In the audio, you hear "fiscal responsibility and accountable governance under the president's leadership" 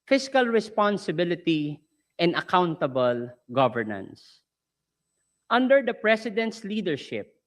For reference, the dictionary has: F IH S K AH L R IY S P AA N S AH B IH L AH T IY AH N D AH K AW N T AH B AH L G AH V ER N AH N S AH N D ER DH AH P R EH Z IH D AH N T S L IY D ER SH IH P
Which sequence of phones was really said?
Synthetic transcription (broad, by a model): F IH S K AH L R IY S P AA N S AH B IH L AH T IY AH N D AH K AW N T AH B AH L G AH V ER N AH N S AH N D ER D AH P R EH S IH D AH N T S L IY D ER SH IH P